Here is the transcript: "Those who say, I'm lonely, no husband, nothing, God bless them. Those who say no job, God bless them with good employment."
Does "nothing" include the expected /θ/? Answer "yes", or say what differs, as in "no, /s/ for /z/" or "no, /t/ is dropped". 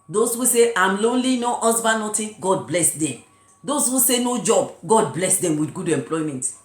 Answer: no, /t/ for /θ/